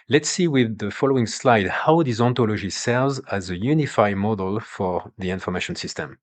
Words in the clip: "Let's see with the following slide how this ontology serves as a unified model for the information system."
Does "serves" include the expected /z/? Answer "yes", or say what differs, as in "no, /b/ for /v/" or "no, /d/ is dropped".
yes